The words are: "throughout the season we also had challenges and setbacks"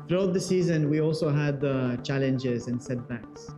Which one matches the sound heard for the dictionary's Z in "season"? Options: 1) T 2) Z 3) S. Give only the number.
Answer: 2